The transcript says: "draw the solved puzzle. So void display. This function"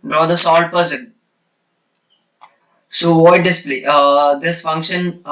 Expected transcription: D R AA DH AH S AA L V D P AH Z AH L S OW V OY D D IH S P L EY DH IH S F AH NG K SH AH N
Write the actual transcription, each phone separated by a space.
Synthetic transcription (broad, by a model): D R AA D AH S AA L D P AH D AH N S OW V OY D D IH S P L EY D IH S F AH NG K SH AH N